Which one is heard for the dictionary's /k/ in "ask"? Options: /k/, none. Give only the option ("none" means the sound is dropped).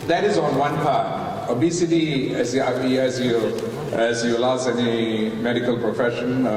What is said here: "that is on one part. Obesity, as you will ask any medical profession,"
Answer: none